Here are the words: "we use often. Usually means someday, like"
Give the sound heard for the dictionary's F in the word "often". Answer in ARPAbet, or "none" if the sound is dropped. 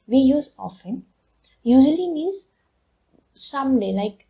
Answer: F